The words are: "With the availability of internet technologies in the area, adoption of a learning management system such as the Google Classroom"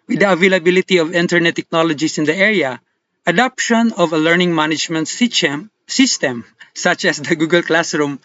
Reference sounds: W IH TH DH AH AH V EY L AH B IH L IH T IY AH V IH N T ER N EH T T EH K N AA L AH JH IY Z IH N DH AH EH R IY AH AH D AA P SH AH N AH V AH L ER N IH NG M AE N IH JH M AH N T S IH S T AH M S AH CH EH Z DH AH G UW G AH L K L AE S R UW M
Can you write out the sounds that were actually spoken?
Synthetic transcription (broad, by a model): W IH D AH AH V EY L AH B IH L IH T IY AH V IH N T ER N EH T T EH K N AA L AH JH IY S IH N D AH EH R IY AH AH D AA P SH AH N AH V AH L ER N IH NG M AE N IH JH M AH N T S IH S T AH M S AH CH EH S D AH G UW G AH L K L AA S R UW M